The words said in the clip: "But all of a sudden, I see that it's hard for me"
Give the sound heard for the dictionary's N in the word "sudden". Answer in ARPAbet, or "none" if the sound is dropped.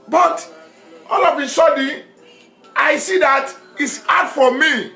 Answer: none